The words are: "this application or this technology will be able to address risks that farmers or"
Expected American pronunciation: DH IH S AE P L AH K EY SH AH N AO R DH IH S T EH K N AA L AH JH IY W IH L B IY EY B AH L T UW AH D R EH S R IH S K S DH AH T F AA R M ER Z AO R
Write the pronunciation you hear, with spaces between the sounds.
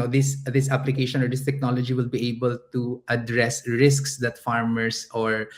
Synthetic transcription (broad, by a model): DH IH S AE P L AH K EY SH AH N AO R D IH S T EH K N AA L AH JH IY W IH L B IY EY B AH L T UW AH D R EH S R IH S K S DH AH T F AA R M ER S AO R